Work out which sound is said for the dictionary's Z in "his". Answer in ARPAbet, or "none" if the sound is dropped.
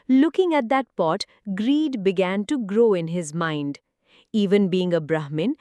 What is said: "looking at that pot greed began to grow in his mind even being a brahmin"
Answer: Z